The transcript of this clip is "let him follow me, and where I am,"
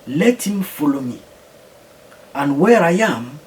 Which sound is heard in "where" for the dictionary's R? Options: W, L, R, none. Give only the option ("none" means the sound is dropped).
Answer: R